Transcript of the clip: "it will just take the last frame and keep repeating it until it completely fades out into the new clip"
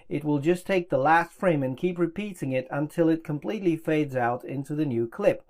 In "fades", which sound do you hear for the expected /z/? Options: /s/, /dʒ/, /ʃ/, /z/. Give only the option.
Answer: /z/